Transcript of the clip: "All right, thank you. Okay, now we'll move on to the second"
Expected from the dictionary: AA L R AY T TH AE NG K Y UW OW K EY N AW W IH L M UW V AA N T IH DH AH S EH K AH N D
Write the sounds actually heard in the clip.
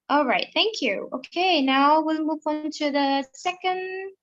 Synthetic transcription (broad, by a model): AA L R AY T TH AE NG K Y UW OW K EY N AW W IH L M UW V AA N T IH DH AH S EH K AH N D